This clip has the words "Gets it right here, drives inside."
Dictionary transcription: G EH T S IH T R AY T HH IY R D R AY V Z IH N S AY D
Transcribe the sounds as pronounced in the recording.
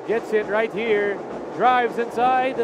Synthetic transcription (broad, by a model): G EH T S IH T R AY T HH IY R D R AY V Z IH N S AY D